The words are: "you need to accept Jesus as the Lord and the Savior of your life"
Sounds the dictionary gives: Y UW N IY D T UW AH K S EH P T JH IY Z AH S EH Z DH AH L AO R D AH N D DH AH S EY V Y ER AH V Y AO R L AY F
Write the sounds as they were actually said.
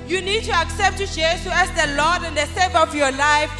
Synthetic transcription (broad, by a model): Y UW N IY D T UW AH K S EH P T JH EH S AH EH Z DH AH L AO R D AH N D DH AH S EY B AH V Y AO L AY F